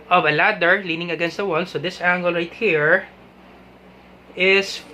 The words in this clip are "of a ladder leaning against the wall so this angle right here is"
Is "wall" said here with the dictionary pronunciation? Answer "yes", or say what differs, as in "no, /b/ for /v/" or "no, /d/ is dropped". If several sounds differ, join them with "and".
no, /n/ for /l/